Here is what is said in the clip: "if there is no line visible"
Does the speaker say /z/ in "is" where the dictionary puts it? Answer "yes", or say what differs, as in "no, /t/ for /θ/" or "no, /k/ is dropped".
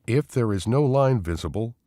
yes